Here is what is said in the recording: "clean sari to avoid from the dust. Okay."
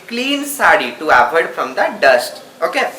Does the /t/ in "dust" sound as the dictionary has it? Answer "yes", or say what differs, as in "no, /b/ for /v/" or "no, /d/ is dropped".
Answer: yes